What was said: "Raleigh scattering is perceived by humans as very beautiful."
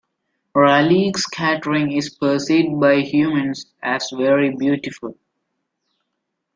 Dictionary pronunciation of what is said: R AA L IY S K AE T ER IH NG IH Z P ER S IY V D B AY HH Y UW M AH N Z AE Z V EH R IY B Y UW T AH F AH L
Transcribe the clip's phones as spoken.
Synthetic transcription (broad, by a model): R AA L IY S K AE T ER IH NG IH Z P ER S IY D B AY HH Y UW M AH N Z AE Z V EH R IY B Y UW T AH F AH L